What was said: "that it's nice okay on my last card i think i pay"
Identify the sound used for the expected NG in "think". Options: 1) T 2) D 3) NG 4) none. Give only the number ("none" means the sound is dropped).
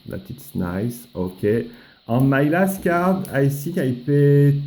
4